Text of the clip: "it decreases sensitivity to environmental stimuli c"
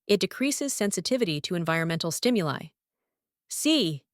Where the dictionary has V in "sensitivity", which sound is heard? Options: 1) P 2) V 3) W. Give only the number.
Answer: 2